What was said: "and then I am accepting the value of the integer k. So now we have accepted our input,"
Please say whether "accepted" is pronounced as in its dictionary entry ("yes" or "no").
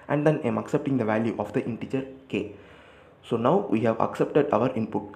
yes